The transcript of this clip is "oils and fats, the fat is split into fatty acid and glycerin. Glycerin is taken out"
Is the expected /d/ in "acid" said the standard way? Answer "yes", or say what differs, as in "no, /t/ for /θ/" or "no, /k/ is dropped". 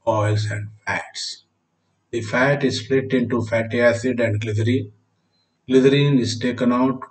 yes